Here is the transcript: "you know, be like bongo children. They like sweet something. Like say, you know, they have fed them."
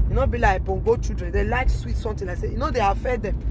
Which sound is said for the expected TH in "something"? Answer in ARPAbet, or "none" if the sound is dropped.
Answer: T